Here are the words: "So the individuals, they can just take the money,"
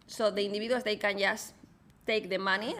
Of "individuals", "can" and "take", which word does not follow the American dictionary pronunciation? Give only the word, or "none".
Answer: individuals